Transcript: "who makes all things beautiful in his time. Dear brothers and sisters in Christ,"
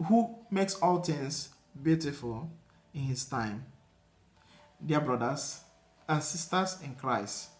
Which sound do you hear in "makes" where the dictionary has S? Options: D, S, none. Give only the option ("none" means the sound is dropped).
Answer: S